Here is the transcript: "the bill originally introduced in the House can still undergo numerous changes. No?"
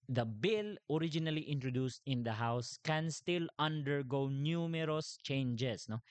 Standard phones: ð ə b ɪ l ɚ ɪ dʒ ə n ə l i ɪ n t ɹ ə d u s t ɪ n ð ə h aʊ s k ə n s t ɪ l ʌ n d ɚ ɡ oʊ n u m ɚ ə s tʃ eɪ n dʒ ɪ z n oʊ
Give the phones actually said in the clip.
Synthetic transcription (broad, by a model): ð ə b ɪ l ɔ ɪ dʒ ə n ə l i ɪ n t ɹ ə d u s t ɪ n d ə h aʊ s k ə n s t ɪ l ʌ n d ɚ ɡ oʊ n u m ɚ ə s tʃ eɪ n dʒ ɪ s n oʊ